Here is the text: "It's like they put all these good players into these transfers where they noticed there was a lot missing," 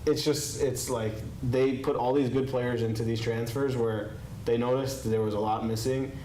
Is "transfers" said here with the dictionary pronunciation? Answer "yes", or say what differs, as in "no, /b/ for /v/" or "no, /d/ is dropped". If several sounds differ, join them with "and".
yes